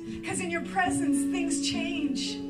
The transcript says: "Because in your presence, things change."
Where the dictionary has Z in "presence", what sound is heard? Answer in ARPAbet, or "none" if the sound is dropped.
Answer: Z